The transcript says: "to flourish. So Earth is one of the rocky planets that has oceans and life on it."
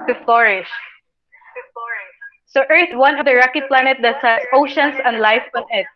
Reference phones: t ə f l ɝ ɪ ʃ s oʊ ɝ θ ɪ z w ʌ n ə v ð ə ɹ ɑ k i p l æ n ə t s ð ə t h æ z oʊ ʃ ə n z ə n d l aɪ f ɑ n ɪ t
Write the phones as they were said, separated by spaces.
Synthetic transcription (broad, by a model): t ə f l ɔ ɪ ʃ s oʊ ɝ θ w ʌ n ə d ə ɹ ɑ k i p l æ n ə t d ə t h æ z oʊ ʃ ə n s ə n d l aɪ f ɑ n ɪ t